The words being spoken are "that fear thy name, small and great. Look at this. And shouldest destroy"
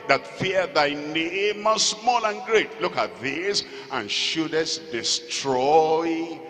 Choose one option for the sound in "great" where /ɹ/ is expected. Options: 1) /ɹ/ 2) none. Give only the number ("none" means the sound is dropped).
1